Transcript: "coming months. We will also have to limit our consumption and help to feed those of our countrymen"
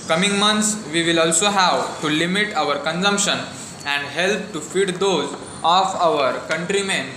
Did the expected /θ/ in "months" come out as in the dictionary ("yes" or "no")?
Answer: no